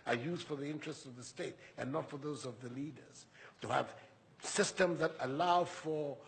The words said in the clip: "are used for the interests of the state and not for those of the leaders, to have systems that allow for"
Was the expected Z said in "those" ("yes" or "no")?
yes